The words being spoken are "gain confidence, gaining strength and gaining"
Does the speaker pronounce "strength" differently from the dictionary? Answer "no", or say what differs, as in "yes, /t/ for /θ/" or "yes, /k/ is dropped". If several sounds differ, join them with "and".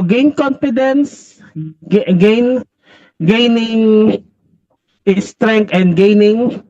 yes, /t/ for /θ/